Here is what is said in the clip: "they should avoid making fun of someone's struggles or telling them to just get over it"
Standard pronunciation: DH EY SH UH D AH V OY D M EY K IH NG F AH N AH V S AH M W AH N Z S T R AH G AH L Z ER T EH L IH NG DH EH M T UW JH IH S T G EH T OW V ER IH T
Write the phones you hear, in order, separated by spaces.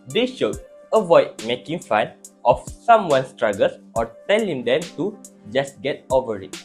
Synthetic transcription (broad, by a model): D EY SH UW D AH V OY D M EY K IH NG F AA N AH F S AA M W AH N S T R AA G AH L S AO T EH L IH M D EH M T UW JH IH S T G EH T OW V ER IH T